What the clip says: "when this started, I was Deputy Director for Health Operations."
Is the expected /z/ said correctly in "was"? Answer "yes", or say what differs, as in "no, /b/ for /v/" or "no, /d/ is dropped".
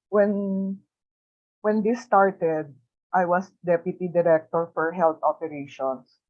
no, /s/ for /z/